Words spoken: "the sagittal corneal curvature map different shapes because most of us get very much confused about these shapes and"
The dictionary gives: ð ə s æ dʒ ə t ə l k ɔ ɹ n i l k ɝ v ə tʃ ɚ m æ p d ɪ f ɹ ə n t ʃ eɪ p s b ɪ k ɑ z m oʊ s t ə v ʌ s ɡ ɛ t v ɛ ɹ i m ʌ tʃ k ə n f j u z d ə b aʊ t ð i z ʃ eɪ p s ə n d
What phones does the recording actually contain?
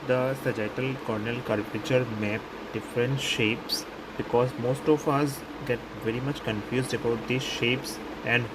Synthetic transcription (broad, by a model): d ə s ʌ dʒ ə t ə l k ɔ ɹ n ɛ l k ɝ p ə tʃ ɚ m æ p d ɪ f ɹ ə n t ʃ eɪ p s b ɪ k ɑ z m oʊ s t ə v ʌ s ɡ ɛ t v ɛ ɹ i m ʌ tʃ k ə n f j u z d ə b aʊ t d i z ʃ eɪ p s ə n d